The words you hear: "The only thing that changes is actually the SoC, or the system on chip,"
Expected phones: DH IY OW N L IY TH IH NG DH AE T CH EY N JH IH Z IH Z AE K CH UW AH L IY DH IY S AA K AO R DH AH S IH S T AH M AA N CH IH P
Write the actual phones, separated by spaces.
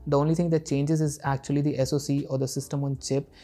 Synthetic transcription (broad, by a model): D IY OW N L IY T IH NG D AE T CH EY N JH IH Z IH Z AE K CH UW AH L IY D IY S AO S AO R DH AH S IH S T AH M AA N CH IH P